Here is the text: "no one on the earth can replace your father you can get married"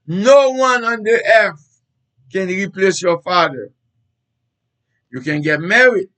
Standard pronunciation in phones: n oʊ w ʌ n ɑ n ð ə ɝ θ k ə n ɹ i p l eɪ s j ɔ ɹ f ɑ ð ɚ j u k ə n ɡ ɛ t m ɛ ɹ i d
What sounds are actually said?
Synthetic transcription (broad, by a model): n oʊ w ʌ n ɑ n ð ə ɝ f k ə n ɹ i p l eɪ s j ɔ f ɑ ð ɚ j u k ə n ɡ ɛ t m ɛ ɹ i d